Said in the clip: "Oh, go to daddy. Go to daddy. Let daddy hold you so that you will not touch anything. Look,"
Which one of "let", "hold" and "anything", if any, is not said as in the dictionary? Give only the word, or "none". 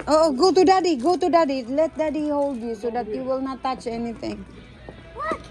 anything